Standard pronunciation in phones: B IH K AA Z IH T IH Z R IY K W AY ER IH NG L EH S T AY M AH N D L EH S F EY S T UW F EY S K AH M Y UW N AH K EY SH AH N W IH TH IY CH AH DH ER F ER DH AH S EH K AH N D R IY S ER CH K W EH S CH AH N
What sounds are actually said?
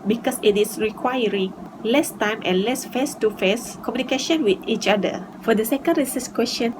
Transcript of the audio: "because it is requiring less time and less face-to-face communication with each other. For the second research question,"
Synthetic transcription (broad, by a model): B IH K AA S IH T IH S R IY K W AY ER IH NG L EH S T AY M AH N L EH S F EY S T UW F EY S K AH M Y UW N AH K EY SH AH N W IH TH IY CH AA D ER F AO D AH S EH K AH N D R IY S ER S K W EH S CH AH N